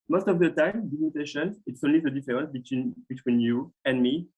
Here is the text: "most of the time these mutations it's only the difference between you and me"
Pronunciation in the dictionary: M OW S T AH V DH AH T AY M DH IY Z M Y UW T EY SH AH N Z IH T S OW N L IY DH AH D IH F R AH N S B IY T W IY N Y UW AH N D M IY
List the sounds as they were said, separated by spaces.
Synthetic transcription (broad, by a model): M OW S T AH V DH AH T AY M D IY M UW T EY SH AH N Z IH T S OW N L IY DH AH D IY F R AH N S B IY T W IY N Y UW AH N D M IY